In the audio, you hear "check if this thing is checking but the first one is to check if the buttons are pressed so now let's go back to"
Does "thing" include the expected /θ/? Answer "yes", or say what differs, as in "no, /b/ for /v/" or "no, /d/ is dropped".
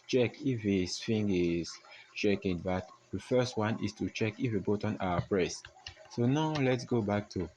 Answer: no, /f/ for /θ/